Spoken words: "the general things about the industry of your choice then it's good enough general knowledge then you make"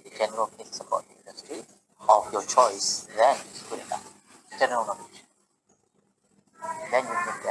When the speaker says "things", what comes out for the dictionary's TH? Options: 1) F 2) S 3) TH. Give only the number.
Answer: 1